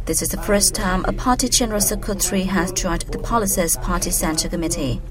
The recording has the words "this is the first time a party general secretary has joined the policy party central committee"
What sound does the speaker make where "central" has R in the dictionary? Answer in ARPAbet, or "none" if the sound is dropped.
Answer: none